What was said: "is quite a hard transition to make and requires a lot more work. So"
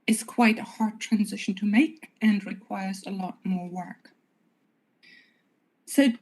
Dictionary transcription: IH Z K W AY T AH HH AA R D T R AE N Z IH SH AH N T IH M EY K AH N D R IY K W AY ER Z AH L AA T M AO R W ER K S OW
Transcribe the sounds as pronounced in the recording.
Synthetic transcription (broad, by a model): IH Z K W AY T AH HH AA R D T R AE N Z IH SH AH N T IH M EY K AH N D R IY K W AY ER Z AH L AA T M AO R W ER K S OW